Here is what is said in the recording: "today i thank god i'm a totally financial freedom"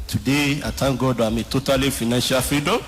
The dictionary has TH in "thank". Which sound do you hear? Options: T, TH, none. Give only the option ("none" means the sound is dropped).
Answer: T